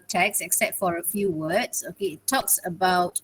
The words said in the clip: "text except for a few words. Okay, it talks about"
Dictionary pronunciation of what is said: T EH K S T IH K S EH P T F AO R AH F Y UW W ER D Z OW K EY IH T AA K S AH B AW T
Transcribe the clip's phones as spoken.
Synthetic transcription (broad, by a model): T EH K S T IH K S EH P T F AO R AH F Y UW W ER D S OW K EY IH T AA K S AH B AW T